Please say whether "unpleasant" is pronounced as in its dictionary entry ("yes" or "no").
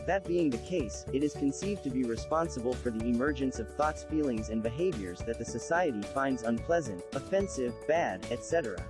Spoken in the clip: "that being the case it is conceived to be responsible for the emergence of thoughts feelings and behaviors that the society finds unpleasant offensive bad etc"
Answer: yes